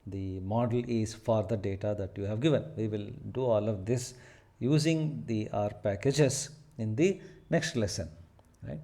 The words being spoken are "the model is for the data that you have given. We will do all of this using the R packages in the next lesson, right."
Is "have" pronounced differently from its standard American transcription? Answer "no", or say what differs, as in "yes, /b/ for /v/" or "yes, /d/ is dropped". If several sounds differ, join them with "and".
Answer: no